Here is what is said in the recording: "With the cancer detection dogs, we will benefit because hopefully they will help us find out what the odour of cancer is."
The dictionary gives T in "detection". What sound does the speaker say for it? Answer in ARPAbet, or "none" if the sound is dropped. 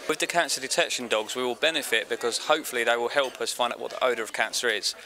T